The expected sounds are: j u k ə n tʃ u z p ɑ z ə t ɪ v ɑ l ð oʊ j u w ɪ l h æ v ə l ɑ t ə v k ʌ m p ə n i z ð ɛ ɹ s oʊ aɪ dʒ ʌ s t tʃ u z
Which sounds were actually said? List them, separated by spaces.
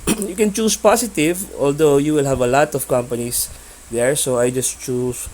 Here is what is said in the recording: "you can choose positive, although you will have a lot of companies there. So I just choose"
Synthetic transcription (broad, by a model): j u k ə n tʃ u s p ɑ s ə t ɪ v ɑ l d oʊ j u w ɪ l h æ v ə l ɑ t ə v k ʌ m p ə n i s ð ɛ ɹ s oʊ aɪ dʒ ʌ s t tʃ u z